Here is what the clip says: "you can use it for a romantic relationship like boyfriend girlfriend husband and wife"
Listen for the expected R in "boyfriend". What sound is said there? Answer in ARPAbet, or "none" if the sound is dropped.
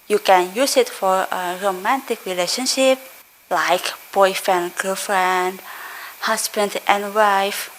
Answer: none